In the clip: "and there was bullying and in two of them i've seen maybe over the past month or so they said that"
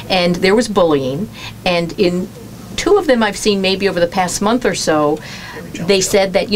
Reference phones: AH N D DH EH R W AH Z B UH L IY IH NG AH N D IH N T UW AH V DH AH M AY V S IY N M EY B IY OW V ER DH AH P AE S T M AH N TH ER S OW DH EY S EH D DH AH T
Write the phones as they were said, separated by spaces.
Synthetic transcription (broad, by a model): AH N DH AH R W AH Z B UH L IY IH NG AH N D IH N T UW AH V DH AH M AY V S IY N M EY B IY OW V ER DH AH P AE S T M AH N TH ER S OW DH EY S EH D DH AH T